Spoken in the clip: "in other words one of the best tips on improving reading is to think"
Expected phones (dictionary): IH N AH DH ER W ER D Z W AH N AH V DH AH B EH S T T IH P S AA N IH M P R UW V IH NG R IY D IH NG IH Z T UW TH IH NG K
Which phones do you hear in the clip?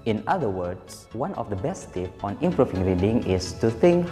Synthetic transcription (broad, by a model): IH N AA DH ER W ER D S W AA N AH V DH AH B EH S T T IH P AA N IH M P R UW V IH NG R IY D IH NG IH S T UW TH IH NG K